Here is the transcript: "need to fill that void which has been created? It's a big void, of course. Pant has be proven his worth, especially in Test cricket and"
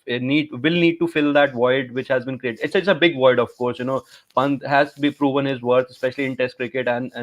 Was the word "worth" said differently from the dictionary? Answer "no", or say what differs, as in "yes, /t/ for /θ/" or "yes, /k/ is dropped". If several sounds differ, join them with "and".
yes, /t/ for /θ/